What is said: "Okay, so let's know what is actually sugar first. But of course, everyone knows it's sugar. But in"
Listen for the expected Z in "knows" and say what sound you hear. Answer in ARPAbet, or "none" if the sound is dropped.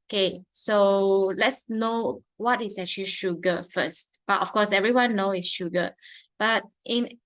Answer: none